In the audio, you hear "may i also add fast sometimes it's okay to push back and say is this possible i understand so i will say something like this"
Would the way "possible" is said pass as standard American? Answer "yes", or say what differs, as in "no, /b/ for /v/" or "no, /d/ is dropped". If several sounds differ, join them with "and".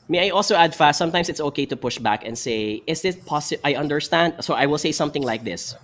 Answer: no, /b/ is dropped